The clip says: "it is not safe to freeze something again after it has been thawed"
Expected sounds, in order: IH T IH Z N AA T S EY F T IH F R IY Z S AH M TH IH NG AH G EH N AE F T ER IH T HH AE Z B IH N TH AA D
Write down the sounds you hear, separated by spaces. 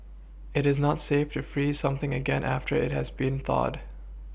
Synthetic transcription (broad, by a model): IH T IH Z N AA T S EY F T IH F R IY Z S AH M TH IH NG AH G EH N AE F T ER IH T HH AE Z B IH N TH AA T